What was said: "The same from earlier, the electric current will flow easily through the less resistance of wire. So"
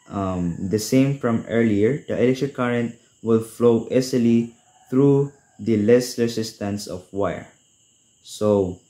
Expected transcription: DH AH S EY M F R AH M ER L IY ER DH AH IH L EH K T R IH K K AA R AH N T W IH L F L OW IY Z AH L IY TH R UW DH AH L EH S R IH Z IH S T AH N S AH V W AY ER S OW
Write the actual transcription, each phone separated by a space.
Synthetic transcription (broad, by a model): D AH S EY M F R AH M ER L IY ER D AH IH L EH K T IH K K AA R AH N T W IH L F L OW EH S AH L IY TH R UW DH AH L EH S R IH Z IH S T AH N S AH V W AY ER S OW